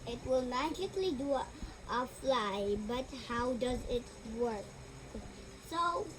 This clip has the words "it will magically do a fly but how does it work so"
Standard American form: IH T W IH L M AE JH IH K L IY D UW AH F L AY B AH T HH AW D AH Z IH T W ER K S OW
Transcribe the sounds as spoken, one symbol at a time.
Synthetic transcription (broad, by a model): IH T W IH L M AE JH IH K L IY D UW AH F L AY B AH T HH AW D AH Z IH T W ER K S OW